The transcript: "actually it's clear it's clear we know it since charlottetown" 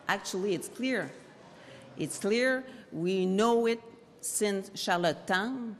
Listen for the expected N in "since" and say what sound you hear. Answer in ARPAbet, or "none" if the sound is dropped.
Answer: N